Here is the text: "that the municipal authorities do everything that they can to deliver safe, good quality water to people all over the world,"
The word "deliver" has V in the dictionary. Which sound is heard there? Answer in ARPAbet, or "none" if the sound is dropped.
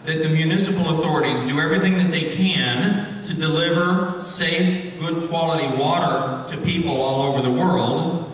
V